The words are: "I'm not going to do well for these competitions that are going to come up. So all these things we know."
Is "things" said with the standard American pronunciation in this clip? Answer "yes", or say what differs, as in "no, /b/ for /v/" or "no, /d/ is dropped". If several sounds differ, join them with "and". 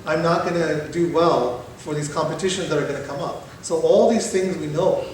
yes